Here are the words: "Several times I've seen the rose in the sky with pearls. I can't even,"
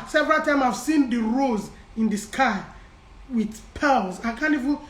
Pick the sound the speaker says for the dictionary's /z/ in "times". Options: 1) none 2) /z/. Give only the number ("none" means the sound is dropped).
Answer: 1